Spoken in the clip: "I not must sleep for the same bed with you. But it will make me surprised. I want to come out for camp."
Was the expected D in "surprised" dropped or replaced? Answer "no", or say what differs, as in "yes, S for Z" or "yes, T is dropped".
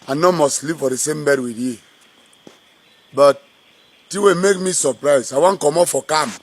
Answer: yes, D is dropped